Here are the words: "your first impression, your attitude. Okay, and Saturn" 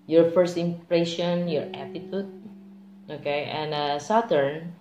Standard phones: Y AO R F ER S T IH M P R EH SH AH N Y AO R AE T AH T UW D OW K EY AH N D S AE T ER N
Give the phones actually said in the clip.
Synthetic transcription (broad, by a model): Y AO R F ER S T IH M P R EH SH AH N Y AO R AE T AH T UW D OW K EY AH N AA S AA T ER N